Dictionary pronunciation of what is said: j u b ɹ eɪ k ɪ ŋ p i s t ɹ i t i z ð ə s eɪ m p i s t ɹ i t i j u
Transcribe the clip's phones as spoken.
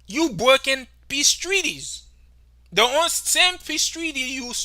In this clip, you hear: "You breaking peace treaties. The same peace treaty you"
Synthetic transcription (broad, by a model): j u b eɪ k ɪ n p i s t ɹ i t i z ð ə s eɪ m p i s t ɹ i t i j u